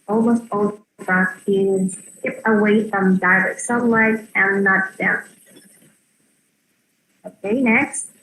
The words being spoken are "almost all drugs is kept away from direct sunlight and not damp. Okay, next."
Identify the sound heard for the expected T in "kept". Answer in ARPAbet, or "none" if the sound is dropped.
none